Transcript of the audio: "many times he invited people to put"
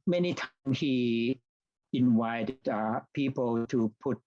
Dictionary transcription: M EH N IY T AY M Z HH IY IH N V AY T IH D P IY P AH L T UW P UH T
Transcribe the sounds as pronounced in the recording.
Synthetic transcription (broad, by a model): M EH N IY T AY M S HH IY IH N W AY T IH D P IY P AH L T UW P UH T